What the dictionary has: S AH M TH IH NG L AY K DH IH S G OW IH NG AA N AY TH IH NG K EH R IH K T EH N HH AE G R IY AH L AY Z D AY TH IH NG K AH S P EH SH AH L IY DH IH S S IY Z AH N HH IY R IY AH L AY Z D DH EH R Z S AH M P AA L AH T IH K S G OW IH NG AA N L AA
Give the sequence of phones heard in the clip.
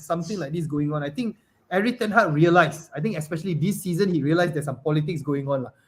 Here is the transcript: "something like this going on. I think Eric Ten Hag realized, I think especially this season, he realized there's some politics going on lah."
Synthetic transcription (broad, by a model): S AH M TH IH NG L AY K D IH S G OW IH NG AA N AY T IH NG K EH R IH T EH N HH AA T R IY AH L AY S AY T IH NG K AH S P EH SH AH L IY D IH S S IY Z AH N HH IY R IY AH L AY S D EH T S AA M P AA L AH T IH K S G OW IH NG AA N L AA